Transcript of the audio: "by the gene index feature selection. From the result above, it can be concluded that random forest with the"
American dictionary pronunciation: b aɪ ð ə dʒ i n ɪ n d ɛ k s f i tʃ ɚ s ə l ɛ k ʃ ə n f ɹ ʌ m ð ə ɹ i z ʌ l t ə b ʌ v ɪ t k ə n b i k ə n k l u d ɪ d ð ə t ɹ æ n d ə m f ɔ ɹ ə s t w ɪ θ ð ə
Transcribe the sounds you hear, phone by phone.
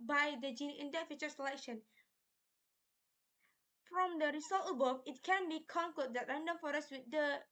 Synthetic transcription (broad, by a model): b aɪ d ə dʒ i n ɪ n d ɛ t f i tʃ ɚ s ə l ɛ k ʃ ə n f ɹ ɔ m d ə ɹ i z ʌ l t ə b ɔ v ɪ t k ə n b i k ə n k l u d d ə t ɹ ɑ n d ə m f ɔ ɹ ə s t w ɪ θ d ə